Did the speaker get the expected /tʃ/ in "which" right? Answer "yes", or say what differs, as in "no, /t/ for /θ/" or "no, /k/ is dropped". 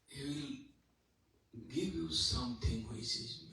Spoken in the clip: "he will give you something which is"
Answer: no, /s/ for /tʃ/